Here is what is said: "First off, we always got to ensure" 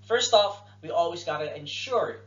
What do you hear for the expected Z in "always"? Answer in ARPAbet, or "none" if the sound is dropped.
Z